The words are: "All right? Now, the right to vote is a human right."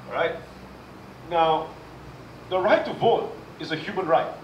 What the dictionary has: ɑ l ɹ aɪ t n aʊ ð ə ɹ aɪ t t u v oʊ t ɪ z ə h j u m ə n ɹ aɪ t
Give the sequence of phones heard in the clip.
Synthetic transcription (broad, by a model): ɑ ɹ aɪ t n aʊ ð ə ɹ aɪ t t u v oʊ t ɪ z ə h j u m ə n ɹ aɪ t